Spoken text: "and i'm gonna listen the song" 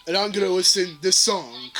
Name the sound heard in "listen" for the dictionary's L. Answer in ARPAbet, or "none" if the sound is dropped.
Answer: W